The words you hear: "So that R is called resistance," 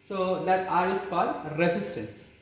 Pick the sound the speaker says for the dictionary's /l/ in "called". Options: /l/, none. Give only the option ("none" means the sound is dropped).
none